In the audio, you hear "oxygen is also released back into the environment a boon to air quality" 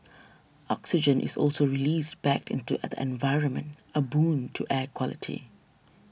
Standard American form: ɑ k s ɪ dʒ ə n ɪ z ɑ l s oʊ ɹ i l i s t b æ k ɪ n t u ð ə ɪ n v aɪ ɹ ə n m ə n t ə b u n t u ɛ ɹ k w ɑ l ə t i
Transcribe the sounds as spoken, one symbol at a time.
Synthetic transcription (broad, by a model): ɑ k s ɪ dʒ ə n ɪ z ɑ l s oʊ ɹ i l i s t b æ k ɪ n t u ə ɪ n v aɪ ɹ ə n m ə n t ə b u n t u ɛ k w ɑ l ə t i